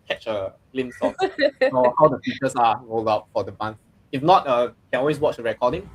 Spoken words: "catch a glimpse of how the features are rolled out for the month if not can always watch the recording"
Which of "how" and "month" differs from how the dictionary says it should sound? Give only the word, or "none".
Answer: month